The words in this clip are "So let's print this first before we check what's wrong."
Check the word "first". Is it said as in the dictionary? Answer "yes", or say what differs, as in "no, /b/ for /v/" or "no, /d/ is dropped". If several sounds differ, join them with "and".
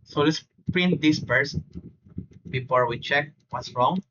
no, /p/ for /f/